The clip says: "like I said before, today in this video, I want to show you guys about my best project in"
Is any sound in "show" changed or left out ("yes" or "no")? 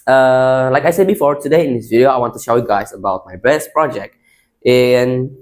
no